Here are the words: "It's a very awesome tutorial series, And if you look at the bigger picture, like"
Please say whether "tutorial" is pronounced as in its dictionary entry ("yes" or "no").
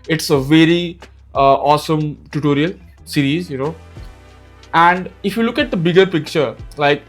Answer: yes